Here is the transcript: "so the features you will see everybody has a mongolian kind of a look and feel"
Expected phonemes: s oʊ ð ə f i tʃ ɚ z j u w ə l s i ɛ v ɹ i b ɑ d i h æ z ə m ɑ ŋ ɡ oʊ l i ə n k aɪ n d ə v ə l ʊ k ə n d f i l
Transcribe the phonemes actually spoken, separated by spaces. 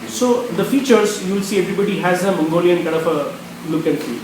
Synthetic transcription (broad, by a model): s oʊ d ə f i tʃ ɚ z j u l s i ɛ v ɹ i b ɑ d i h æ z ə m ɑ ŋ ɡ oʊ l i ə n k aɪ d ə f ə l ʊ k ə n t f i